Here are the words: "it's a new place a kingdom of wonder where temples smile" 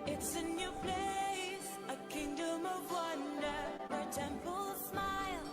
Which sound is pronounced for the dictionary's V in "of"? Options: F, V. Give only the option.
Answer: V